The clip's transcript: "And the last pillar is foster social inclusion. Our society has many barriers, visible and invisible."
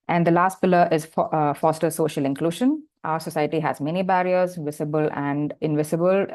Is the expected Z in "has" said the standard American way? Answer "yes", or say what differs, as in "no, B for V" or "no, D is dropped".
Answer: yes